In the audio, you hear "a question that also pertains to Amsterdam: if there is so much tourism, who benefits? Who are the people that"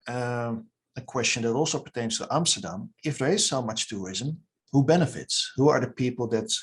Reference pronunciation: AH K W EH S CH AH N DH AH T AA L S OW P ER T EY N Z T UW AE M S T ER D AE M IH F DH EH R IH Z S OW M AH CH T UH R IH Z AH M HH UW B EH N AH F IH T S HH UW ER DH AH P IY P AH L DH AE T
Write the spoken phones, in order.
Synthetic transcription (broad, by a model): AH K W EH S CH AH N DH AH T AA L S OW P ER T EY N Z T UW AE M S T ER D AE M IH F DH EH R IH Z S OW M AH CH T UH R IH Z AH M HH UW B EH N AH F IH T S HH UW ER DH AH P IY P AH L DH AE T